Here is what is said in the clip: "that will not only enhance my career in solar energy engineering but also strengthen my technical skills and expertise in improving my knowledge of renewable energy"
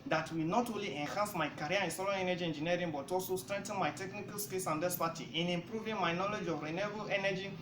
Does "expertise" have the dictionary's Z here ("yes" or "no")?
no